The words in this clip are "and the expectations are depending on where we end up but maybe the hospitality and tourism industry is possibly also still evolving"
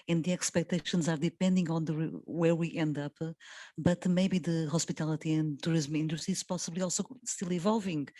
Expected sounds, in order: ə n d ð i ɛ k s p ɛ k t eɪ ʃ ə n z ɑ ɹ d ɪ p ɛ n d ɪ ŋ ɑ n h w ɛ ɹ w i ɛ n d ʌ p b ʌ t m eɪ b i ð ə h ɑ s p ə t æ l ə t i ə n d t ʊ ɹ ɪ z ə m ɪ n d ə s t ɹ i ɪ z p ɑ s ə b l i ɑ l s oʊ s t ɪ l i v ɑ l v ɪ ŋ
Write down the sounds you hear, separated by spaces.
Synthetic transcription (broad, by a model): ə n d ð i ɛ k s p ɛ k t eɪ ʃ ə n z ɑ ɹ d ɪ p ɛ n d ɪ ŋ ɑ n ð w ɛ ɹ w i ɛ n d ʌ p b ʌ t m eɪ b i ð ə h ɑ s p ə t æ l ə t i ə n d t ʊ ɹ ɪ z m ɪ n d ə t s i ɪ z p ɑ s ə b l i ɑ l s oʊ s t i l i v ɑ l v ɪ ŋ